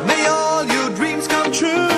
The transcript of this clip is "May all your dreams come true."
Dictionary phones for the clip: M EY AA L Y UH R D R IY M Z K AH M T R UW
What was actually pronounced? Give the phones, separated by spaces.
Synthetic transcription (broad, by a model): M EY AA L Y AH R D R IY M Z K AH M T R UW